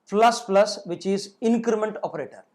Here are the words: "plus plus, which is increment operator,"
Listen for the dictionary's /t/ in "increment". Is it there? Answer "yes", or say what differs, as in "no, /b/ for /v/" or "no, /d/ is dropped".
yes